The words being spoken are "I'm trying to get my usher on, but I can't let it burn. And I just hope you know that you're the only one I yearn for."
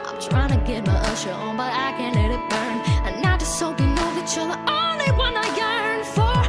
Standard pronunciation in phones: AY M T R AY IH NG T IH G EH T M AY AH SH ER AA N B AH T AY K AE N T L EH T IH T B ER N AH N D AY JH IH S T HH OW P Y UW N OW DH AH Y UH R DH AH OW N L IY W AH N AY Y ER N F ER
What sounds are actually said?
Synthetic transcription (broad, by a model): AY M T R AY IH NG T IH G EH T M AY AH SH ER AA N B AH T AY K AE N L EH T IH T B ER N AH N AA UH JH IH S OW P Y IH N OW DH AH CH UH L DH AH OW N L IY W AH N AY Y ER N F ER